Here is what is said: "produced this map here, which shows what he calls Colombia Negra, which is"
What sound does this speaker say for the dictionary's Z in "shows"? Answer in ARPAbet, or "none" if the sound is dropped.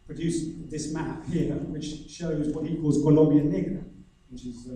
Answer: Z